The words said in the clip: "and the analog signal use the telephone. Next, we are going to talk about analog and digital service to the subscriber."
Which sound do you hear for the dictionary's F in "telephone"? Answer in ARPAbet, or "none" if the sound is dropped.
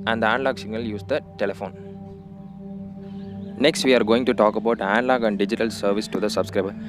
F